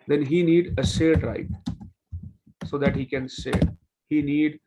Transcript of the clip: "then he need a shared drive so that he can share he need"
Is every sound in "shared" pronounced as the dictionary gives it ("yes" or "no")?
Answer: no